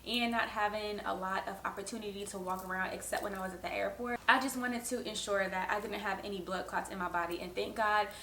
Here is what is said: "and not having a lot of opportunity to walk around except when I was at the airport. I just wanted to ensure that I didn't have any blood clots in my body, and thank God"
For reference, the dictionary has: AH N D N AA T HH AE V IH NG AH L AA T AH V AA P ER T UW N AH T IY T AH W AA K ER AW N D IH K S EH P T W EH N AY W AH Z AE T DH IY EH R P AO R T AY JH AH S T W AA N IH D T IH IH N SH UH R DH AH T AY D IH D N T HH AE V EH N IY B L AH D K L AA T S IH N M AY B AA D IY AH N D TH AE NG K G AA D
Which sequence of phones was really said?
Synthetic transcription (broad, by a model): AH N N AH T HH AE V IH NG AH L AA T AH V AA P ER T UW N AH T IY T AH W AA K ER AW N D IH K S EH P T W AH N AY W AH Z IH T DH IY EH R P AO R T AY JH AH S T W AA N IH D T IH IH N SH UH R DH AH T AY D IH D N T HH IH V EH N IY B L AH D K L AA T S IH N M AY B AA D IY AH N TH AE NG K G AA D